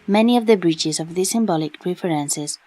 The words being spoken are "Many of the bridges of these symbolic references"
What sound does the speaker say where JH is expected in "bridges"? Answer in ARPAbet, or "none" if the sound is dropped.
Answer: CH